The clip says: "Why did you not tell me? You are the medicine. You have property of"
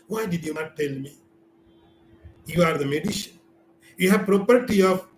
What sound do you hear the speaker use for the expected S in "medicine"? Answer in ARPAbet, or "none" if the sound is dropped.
SH